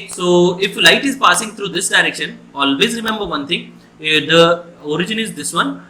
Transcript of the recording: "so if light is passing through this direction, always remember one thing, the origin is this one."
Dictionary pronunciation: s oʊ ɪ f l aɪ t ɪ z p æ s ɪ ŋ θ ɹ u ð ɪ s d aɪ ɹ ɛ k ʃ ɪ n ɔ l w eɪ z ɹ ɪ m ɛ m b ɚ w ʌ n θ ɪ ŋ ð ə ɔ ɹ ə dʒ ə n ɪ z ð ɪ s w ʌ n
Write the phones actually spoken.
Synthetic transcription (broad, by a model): s oʊ ɪ f l aɪ t ɪ z p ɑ s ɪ ŋ t ɹ u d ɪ s d aɪ ɹ ɛ k ʃ ɪ n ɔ l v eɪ z ɹ ɪ m ɛ m b ɚ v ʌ n t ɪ ŋ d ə ɔ ɹ ə dʒ ə n ɪ z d ɪ s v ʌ n